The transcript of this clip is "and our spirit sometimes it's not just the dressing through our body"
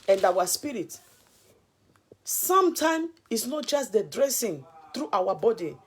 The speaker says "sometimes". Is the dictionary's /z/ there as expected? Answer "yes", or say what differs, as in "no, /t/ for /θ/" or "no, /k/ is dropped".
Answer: no, /z/ is dropped